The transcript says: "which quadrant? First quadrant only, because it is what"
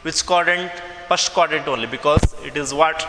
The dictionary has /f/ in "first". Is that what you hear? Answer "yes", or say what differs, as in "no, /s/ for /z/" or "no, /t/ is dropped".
no, /p/ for /f/